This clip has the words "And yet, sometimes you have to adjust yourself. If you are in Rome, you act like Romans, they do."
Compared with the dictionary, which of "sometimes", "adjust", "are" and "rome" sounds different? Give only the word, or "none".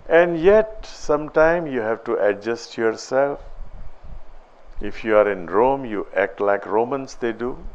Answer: sometimes